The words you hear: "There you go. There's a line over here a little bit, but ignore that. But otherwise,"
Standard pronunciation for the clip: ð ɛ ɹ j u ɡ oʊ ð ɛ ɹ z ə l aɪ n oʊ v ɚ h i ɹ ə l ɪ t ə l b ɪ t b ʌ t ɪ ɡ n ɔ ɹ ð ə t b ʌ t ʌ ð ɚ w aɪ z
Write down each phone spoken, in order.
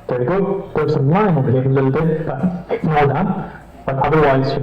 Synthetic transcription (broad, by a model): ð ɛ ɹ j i ɡ oʊ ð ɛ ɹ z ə l aɪ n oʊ b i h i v ə l ɪ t l b ɪ t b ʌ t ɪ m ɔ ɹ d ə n b ʌ t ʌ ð ɚ w aɪ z